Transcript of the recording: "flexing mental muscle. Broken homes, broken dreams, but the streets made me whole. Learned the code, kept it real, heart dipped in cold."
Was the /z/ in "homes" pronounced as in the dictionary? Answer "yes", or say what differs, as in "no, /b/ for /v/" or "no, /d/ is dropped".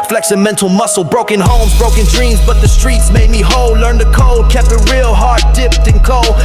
yes